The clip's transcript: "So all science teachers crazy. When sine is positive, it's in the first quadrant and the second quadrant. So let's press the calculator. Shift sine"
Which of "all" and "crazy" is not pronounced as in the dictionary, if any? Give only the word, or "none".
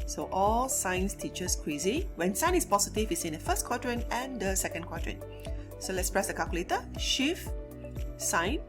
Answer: crazy